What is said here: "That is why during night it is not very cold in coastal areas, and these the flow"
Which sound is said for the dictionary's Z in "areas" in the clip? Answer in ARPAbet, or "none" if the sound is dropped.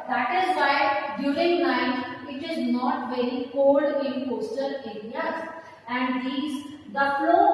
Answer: none